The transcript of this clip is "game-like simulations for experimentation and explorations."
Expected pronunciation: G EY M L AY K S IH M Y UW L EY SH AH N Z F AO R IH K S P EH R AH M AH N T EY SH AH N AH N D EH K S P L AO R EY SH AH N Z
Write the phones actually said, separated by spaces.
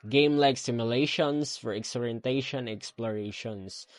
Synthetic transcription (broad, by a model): G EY M L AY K S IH M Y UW L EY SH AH N S F AO R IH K S AO R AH AH N T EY AH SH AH N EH K S P L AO R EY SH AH N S